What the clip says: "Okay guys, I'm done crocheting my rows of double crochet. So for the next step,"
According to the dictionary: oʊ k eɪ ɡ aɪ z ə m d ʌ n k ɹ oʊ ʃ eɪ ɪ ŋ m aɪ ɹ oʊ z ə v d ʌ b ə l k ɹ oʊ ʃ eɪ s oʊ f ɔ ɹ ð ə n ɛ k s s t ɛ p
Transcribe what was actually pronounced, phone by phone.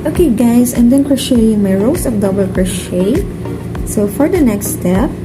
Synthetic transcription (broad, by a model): oʊ k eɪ ɡ aɪ s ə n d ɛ n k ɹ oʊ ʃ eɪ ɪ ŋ m aɪ ɹ oʊ s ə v d ʌ b ə l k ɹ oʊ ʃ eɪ s oʊ f ɔ ɹ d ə n ɛ k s s t ɛ p